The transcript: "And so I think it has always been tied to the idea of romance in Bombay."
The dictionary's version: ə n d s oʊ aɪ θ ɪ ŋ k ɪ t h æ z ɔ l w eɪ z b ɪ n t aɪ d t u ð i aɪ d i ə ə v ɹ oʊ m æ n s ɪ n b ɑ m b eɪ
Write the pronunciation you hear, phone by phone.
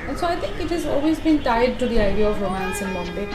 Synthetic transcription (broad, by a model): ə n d s oʊ aɪ t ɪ ŋ k ɪ t h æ z ɔ l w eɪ z b ɪ n t aɪ d t u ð i aɪ d i ə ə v ɹ oʊ m æ n s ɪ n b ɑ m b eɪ